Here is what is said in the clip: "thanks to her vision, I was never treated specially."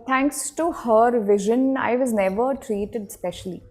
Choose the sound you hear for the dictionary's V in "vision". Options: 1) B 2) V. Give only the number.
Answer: 2